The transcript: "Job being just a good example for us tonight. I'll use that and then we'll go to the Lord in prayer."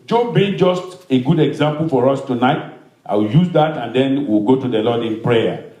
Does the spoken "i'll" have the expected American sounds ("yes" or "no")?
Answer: no